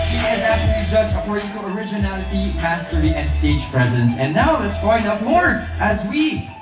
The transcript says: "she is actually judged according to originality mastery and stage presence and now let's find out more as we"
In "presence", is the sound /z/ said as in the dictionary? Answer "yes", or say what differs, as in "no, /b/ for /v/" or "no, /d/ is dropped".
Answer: yes